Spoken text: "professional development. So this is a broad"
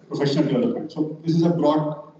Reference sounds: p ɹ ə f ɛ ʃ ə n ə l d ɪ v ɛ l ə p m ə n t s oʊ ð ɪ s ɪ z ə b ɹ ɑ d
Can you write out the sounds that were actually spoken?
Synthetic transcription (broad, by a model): p ɹ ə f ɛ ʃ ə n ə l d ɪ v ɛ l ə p ə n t s oʊ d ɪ s ɪ z ə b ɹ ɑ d